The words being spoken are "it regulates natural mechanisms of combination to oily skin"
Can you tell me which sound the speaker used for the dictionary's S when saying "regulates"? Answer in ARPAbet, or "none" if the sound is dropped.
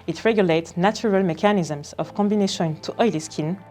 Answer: S